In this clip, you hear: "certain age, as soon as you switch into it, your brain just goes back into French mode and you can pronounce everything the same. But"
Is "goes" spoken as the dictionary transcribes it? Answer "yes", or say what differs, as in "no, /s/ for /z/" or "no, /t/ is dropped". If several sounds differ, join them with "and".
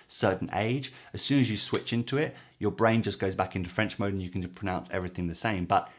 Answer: yes